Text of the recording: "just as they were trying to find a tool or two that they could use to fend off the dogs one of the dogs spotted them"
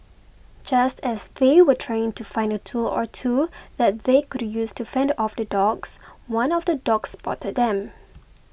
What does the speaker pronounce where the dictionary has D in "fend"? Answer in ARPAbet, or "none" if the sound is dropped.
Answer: D